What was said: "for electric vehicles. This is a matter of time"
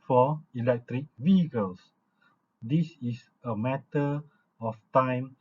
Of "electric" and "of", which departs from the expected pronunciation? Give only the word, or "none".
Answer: of